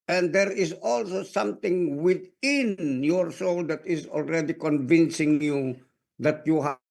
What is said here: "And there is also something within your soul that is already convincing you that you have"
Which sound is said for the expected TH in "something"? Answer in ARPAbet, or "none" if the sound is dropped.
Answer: T